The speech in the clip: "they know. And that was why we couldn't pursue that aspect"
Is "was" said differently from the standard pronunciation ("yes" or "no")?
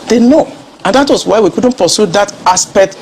yes